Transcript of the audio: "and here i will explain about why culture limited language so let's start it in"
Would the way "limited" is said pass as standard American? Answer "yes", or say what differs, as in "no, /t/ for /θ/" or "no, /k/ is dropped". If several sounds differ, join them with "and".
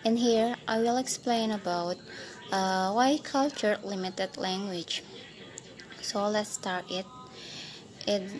yes